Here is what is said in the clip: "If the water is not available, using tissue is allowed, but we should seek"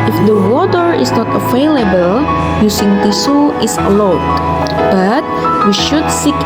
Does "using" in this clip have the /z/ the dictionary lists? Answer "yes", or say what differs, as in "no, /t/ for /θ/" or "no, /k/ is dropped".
no, /s/ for /z/